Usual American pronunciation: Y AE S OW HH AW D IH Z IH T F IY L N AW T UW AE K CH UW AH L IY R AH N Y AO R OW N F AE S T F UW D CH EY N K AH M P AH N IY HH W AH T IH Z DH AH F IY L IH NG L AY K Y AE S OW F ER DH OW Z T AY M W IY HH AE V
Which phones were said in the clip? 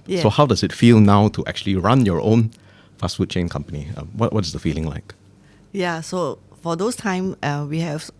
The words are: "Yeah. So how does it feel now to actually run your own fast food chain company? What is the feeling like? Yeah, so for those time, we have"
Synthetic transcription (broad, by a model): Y S OW HH AW D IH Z IH T F IY L N AW T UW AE K CH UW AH L IY R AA N Y AO R OW N F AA S T F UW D CH EY N K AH M P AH N IY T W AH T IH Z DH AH F IY L IH NG L AY K Y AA S OW F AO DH OW S T AY M W IY HH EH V